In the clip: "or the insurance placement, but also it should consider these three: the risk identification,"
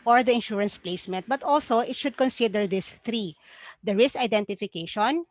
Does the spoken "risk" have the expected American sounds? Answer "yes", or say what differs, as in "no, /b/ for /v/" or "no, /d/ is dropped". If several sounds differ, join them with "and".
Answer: no, /k/ is dropped